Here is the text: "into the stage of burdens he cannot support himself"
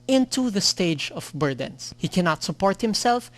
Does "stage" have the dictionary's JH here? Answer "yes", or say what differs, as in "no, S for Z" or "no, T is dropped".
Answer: yes